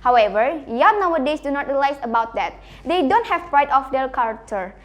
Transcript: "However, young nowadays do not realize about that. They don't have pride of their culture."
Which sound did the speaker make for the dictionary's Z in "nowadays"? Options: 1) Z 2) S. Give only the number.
2